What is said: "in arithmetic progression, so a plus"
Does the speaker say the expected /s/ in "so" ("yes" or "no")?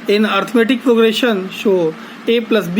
no